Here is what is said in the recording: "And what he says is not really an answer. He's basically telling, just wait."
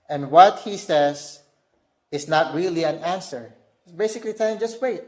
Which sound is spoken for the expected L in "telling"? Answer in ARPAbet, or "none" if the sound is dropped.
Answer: none